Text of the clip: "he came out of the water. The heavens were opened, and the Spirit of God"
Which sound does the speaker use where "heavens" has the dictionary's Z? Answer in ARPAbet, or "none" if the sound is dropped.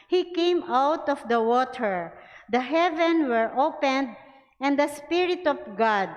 none